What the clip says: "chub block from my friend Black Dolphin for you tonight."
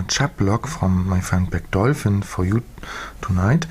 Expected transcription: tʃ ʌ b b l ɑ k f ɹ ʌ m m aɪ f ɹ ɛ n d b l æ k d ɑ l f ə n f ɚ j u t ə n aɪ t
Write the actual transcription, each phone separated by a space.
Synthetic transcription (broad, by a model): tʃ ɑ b b l ɑ k f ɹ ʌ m m aɪ f ɛ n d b æ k d ɑ l f ə n f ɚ j u t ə n aɪ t